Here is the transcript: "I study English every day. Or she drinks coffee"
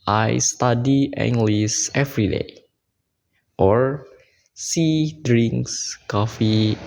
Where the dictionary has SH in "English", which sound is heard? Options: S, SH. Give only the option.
S